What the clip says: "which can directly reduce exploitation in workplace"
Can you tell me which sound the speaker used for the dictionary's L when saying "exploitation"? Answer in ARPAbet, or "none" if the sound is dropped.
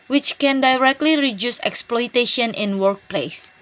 L